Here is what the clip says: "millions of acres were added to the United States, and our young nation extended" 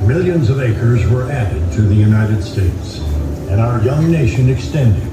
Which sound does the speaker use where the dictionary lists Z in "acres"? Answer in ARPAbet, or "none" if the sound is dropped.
Z